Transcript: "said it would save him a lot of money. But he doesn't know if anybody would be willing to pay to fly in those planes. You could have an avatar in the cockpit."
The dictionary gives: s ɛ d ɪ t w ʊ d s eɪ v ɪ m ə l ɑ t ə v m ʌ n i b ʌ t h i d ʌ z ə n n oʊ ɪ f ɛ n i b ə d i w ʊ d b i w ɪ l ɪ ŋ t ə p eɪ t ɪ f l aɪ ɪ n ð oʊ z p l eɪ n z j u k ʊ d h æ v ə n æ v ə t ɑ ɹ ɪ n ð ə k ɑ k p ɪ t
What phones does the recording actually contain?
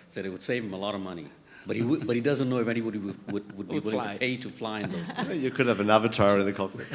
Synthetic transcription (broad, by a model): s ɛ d ɪ t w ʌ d s eɪ v ɪ m ə l ɑ t ə v m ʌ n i b ʌ t h i d ʌ z ə n n oʊ ɪ f ɛ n i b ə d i w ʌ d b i w ɪ l ɪ ŋ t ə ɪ t ɪ f l aɪ ɪ n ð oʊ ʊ z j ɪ k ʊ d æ v ə n æ v ə t ɑ ɹ ɪ n ð ə k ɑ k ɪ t